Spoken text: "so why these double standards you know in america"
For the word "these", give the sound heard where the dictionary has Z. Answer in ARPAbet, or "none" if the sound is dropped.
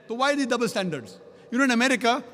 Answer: none